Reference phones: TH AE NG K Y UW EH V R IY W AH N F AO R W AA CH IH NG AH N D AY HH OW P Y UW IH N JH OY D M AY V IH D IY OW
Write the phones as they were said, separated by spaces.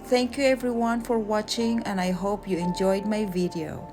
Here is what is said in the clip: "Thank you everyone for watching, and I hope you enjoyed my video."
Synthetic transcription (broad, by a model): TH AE NG K Y UW EH V R IY W AH N F AO R W AA CH IH NG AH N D AY HH OW P Y UW IH N JH OY D M AY V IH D IY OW